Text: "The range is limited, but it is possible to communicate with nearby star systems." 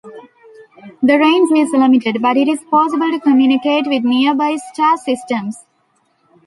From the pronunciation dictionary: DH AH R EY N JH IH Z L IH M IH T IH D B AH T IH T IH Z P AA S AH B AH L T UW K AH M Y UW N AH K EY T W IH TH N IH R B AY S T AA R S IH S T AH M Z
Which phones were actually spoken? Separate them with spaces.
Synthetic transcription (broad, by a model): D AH R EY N Z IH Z L IH M IH T IH D B AH T IH T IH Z P AA S AH B AH L T UW K AH M Y UW N AH K EY T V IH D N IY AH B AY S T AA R S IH S T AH M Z